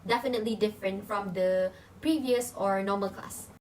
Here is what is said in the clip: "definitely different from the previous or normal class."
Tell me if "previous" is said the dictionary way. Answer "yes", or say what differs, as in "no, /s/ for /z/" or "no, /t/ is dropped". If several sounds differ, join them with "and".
yes